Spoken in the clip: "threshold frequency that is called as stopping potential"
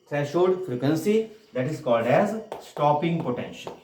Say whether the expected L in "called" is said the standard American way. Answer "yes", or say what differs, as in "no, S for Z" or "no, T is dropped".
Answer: yes